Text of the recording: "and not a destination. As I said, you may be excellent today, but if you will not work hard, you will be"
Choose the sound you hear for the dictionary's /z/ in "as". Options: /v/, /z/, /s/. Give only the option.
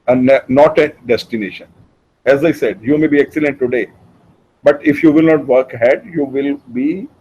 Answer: /z/